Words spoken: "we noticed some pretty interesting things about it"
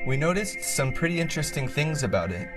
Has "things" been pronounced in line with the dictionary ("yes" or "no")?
yes